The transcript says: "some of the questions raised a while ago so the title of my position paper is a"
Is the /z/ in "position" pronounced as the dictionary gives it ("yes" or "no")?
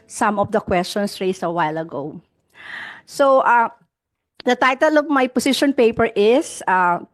no